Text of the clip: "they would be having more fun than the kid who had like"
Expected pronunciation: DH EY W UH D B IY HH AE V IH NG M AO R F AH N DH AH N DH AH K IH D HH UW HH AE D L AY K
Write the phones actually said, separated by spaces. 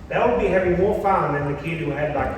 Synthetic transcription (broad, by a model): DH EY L B IY HH AE V IH NG M AO R F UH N DH AH N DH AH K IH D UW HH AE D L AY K